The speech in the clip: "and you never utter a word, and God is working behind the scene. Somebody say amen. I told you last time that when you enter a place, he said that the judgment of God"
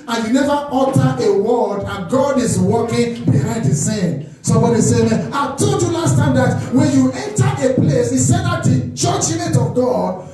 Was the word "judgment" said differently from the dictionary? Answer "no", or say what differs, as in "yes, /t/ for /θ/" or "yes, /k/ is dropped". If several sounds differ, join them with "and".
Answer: yes, /tʃ/ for /dʒ/ and /n/ is dropped